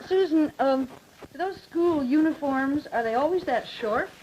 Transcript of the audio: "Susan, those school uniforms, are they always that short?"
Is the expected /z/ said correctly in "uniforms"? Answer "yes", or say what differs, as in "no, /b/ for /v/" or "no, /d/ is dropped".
yes